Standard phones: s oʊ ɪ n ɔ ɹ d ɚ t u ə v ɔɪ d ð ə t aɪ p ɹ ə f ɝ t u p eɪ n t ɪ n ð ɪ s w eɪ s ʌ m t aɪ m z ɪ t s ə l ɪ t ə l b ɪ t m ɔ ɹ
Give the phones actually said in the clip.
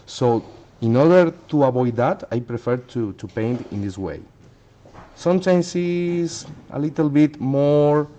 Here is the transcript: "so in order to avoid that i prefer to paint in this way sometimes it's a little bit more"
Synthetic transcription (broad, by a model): s oʊ ɪ n ɔ ɹ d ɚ t u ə b ɔɪ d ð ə t aɪ p ɹ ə f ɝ t u p eɪ n t ɪ n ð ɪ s w eɪ s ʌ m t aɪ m s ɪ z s ə l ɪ t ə l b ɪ t m ɔ ɹ